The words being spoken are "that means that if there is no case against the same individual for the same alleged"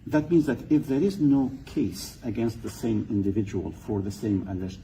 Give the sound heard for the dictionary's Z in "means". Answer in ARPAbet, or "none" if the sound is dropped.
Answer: Z